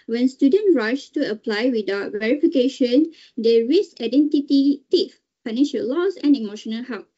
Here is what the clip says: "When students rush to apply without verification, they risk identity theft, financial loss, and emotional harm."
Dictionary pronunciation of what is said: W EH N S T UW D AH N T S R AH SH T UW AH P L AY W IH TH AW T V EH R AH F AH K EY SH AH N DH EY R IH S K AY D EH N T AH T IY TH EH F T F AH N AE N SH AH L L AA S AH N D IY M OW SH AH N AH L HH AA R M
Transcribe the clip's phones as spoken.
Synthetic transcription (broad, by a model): W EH N S T UW D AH N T R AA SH T UW AH P L AY W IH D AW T V EH R AH F AH K EY SH AH N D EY R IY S AY D EH N T AH T IY T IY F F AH N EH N SH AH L L AA S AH N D IY M OW SH AH N AH L HH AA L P